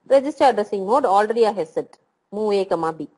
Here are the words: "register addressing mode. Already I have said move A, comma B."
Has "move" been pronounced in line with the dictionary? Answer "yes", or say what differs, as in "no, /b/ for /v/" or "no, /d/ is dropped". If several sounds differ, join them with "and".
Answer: no, /v/ is dropped